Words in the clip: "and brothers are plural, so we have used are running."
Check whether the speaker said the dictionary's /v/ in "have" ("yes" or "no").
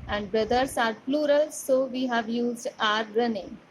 yes